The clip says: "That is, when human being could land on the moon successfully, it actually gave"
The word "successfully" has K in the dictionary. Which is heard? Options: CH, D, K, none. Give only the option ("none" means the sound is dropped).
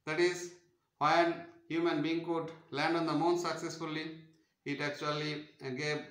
K